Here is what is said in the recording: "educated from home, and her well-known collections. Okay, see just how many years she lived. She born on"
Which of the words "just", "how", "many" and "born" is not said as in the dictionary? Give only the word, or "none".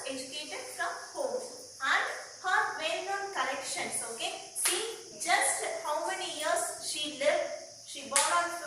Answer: born